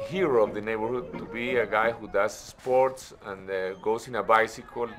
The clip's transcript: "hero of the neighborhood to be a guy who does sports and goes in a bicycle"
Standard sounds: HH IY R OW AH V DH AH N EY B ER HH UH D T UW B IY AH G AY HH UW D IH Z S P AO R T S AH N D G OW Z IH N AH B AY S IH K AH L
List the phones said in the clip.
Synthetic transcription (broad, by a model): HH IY R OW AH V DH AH N EY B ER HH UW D T UW B IY AH G AY HH UW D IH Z S P AO R T S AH N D G OW S IH N AH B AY S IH K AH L